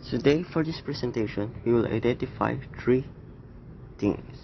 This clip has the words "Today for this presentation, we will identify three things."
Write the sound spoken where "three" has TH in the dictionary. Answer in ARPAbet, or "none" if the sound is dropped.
T